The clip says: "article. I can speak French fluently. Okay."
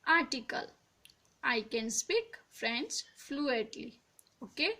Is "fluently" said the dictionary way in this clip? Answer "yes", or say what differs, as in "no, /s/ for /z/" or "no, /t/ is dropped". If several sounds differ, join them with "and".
no, /n/ is dropped